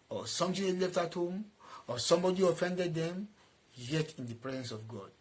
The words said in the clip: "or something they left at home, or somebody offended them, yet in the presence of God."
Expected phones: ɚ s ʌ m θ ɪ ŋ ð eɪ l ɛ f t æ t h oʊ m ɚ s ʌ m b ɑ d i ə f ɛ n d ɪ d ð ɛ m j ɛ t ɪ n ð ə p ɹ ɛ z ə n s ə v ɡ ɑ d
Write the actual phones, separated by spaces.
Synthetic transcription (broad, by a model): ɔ s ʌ m t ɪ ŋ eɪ l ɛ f t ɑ t h oʊ m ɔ s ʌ m b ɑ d i ə f ɛ n d ɪ d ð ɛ m j ɛ t ɪ n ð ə p ɹ ɛ z ə n s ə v ɡ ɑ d